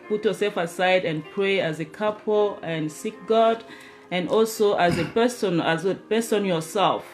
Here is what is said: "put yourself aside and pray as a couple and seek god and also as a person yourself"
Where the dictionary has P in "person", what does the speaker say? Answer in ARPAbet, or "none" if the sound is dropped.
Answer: B